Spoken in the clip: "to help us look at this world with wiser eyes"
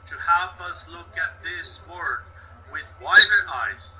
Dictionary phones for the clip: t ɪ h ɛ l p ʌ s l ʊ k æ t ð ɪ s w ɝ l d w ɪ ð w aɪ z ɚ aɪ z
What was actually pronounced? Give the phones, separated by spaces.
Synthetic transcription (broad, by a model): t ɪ h ɛ l p ʌ s l ʊ k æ t ð ɪ s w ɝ d w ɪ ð w aɪ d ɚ aɪ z